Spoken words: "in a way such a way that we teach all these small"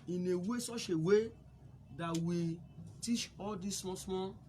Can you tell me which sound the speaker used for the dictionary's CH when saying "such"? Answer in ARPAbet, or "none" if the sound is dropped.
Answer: SH